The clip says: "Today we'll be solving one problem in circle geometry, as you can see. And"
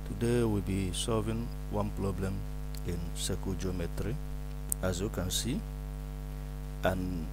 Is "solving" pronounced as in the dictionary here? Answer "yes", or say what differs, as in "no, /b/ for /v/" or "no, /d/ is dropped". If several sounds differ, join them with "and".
yes